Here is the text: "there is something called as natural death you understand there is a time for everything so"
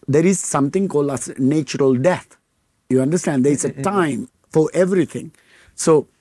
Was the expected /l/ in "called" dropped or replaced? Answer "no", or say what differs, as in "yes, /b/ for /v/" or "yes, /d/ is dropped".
no